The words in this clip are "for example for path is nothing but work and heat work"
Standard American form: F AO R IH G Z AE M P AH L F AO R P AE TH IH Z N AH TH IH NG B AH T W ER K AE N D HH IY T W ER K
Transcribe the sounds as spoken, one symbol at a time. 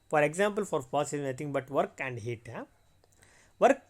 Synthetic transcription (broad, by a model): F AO R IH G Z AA M P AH L F AO R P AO S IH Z N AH T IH NG B AH T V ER K AE N D HH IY T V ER K